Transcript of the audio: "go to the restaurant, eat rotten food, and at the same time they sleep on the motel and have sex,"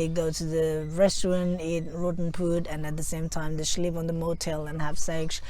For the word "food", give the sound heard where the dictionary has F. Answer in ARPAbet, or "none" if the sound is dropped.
P